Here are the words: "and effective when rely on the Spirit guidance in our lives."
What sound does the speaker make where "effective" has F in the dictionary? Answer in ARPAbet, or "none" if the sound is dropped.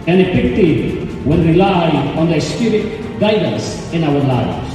P